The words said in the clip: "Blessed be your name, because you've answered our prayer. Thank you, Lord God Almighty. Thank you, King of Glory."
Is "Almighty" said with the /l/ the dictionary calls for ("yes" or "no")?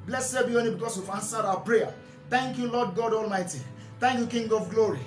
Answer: yes